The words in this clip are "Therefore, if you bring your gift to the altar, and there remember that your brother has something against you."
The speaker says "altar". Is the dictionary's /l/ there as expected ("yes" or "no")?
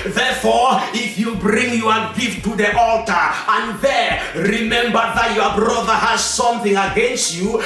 yes